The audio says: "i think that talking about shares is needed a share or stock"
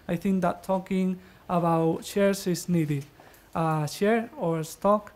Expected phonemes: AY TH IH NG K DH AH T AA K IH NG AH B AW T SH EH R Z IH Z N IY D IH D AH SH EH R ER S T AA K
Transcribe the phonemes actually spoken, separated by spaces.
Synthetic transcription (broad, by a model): AY TH IH NG K DH AH T AA K IH NG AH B AW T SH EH R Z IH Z N IY D IH D AH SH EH R ER S T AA K